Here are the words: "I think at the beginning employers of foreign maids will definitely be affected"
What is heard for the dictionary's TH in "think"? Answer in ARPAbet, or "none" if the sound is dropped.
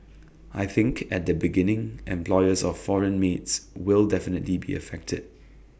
TH